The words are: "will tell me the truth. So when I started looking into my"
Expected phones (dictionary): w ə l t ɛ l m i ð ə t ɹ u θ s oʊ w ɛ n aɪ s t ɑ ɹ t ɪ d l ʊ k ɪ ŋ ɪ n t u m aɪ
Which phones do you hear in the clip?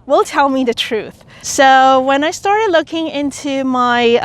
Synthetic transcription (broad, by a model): w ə l t ɛ l m i ð ə t ɹ u θ s oʊ w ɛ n aɪ s t ɑ ɹ t ɪ d l ʊ k ɪ ŋ ɪ n t u m aɪ